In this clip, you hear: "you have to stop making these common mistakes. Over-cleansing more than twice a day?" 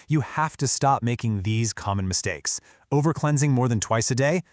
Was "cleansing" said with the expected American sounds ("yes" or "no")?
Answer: yes